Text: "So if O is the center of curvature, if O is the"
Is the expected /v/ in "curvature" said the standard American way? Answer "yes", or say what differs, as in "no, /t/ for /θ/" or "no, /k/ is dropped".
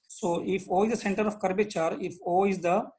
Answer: no, /b/ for /v/